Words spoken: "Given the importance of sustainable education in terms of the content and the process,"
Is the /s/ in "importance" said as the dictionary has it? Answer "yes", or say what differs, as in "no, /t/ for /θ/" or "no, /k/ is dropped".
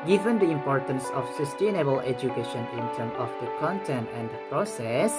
yes